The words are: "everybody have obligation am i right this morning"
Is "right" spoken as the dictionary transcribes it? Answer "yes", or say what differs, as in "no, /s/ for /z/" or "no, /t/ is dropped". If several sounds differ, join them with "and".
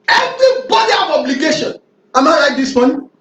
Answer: no, /l/ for /ɹ/